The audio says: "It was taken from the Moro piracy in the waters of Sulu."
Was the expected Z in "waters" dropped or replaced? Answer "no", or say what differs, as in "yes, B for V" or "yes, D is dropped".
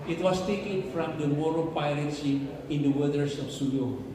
yes, S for Z